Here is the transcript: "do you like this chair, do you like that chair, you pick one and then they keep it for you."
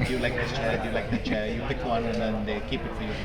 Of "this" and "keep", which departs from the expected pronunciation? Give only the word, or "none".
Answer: this